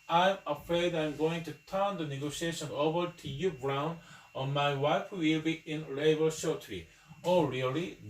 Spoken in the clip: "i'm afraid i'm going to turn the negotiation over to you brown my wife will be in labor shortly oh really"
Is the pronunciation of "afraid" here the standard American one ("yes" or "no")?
yes